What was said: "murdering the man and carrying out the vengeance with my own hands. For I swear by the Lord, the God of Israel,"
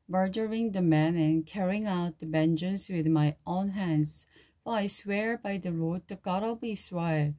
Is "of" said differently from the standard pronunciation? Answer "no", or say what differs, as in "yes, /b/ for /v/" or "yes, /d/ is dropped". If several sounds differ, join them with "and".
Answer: yes, /b/ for /v/